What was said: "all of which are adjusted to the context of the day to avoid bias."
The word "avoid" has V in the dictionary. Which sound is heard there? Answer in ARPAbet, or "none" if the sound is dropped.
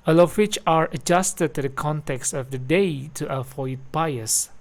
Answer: F